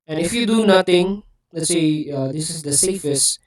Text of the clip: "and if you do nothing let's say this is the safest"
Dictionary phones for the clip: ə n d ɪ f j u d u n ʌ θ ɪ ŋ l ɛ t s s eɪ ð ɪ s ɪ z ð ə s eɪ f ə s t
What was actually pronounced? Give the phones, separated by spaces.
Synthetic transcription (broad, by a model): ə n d ɪ f j u d u n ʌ t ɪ ŋ l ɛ t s s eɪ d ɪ s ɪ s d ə s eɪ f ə s t